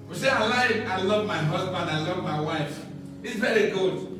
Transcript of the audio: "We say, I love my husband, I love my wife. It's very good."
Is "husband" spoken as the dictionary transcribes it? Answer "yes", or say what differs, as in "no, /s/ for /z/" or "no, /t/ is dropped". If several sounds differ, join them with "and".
yes